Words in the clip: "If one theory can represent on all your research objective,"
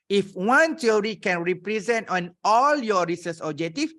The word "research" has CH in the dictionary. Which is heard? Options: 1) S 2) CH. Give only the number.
1